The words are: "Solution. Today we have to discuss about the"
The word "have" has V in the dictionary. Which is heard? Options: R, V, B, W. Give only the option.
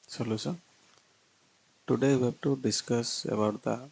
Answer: B